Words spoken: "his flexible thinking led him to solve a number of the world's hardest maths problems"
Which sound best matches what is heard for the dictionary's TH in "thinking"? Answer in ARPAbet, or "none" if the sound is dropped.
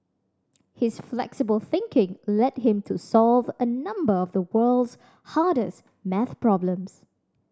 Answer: TH